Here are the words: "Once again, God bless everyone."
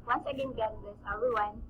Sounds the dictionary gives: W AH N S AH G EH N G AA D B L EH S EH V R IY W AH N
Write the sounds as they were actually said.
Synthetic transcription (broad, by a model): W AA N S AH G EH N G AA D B EH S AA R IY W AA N